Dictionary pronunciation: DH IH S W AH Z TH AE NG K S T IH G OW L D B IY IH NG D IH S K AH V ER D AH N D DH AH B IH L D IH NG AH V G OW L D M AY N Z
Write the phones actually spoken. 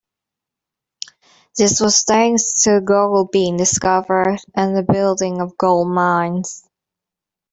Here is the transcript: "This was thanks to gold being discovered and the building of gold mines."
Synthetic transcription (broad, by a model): DH IH S W AH Z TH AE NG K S T IH G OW L B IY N D IH S K AH V ER D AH N DH AH B IH L D IH NG AH V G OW L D M AY N Z